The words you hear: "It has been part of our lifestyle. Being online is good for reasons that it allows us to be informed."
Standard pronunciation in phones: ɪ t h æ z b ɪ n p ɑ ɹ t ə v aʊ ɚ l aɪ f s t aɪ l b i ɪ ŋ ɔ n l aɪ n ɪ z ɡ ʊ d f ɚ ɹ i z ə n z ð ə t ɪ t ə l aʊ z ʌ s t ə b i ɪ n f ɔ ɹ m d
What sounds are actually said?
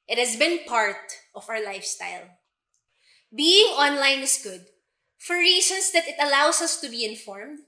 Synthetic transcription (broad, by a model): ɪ t h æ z b ɪ n p ɑ ɹ t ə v aʊ ɚ l aɪ f s t aɪ l b i ɪ ŋ ɔ n l aɪ n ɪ s ɡ ʊ d f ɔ ɹ i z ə n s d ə t ɪ t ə l aʊ s ʌ s t ə b i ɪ n f ɔ ɹ m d